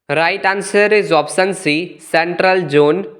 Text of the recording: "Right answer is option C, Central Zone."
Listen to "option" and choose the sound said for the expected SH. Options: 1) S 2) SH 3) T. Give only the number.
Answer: 1